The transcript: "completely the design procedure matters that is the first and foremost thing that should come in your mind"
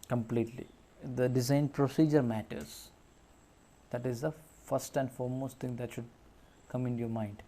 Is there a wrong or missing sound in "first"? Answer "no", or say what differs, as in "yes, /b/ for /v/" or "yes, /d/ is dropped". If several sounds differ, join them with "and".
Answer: no